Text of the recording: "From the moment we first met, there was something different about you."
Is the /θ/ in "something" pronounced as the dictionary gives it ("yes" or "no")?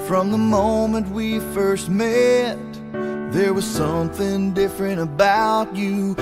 yes